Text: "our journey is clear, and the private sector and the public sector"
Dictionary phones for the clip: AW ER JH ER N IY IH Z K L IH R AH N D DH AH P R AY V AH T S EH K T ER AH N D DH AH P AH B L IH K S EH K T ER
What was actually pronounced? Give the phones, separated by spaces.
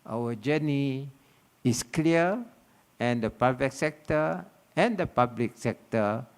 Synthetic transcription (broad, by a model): AW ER JH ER N IY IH S K L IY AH AH N D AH P AY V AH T S EH K T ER AH N D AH P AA B L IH K S EH K T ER